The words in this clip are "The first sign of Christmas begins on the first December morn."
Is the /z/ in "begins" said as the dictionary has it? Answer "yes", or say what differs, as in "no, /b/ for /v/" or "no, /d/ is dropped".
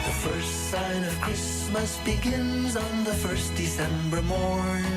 yes